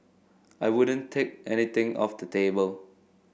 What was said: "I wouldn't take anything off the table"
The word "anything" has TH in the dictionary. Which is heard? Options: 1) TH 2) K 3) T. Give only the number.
3